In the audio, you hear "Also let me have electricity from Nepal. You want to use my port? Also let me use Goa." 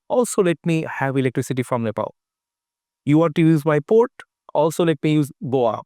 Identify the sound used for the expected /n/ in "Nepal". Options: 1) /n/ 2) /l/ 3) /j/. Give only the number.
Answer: 2